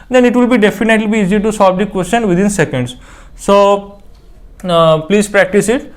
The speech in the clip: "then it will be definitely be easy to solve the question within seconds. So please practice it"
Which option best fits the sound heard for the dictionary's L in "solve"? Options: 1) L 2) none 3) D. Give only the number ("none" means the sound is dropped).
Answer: 2